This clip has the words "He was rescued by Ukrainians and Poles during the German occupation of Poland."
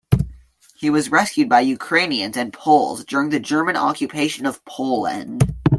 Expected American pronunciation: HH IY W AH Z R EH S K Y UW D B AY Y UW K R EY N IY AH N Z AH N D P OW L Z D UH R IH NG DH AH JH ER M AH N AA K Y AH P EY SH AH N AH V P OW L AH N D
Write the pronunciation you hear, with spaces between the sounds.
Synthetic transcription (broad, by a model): HH IY W AH Z R EH S K Y UW D B AY Y UW K R EY N IY AH N Z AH N P OW L Z D UH R IH NG DH AH JH ER M AH N AA K Y AH P EY SH AH N AH V P OW L AH N D